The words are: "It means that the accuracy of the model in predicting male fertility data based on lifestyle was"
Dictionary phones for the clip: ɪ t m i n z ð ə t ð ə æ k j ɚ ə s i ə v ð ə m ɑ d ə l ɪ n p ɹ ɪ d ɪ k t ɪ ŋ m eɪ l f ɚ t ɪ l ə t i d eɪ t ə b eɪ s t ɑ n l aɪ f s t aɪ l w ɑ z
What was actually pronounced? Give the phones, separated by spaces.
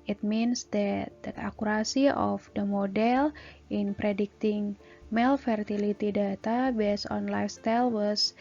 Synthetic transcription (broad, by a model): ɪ t m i n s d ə t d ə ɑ k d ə s i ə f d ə m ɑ d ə l ɪ n p ɹ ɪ d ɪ k t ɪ ŋ m eɪ l f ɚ t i l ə t i d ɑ t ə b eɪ s ɑ n l aɪ f s t aɪ l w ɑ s